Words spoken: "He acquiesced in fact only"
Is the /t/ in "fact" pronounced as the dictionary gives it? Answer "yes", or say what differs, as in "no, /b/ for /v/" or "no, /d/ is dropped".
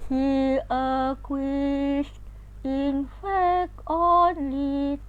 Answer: no, /t/ is dropped